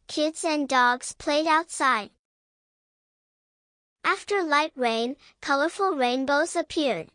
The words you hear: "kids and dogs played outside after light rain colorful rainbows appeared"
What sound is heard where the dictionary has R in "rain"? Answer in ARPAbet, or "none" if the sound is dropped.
R